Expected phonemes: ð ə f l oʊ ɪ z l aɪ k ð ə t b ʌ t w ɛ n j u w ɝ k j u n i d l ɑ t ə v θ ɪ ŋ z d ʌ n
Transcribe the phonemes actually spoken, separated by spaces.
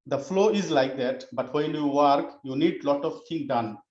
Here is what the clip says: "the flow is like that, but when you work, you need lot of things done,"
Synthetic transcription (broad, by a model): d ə f l oʊ ɪ z l aɪ k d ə t b ʌ t w ɛ n j u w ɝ k j u n i d l ɑ t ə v t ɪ ŋ d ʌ n